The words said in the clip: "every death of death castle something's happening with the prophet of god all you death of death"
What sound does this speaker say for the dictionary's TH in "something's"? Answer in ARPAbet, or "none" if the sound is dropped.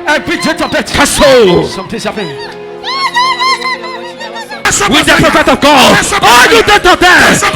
T